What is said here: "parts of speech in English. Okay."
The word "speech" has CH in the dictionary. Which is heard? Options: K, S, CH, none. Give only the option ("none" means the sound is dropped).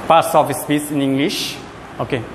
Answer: S